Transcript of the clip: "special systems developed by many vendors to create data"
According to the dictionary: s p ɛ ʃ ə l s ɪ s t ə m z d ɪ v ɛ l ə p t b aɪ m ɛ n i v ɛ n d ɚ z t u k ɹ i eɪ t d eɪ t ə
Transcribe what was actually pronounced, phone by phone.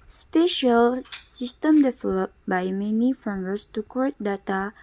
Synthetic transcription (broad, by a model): s p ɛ ʃ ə l s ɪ s t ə m d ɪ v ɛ l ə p b aɪ m ɛ n i f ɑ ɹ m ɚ s t u k i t d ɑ t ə